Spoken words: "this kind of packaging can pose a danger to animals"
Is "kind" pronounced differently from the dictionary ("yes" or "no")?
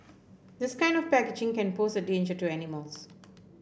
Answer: no